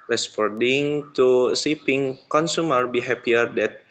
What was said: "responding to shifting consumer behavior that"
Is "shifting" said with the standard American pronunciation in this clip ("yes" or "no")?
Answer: no